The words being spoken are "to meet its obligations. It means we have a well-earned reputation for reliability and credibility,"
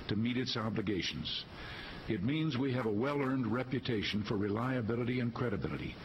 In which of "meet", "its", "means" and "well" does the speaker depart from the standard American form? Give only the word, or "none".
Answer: none